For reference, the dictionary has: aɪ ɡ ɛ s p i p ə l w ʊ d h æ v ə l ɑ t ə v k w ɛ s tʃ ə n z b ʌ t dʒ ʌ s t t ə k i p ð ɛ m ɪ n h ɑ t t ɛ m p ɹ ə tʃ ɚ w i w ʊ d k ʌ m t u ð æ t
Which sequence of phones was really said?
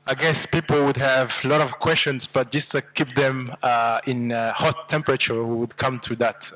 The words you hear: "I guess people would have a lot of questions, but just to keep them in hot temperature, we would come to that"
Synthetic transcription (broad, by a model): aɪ ɡ ɛ s p i p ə l w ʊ d h æ v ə l ɑ t ə v k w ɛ s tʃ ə n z b ʌ t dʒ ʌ s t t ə k i p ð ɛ m ɪ n h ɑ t t ɛ m p ɹ ə tʃ ɚ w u w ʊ d k ʌ m t u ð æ t